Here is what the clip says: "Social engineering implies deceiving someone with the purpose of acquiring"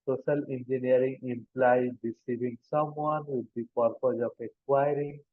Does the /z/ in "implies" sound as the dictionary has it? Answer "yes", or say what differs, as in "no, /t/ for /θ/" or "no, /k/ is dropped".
no, /z/ is dropped